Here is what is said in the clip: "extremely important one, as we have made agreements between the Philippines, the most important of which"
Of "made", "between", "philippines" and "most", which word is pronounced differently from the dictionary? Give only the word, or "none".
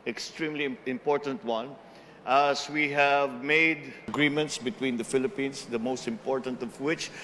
philippines